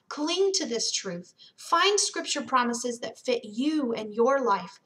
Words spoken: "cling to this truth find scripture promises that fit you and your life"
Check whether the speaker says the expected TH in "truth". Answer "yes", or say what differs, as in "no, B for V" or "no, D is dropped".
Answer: yes